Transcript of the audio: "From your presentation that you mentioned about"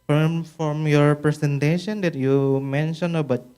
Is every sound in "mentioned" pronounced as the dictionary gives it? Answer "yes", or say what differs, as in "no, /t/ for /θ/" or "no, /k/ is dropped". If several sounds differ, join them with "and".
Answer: no, /d/ is dropped